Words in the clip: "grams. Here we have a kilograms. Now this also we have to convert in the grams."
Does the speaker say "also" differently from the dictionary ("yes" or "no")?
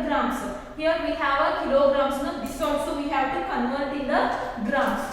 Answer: yes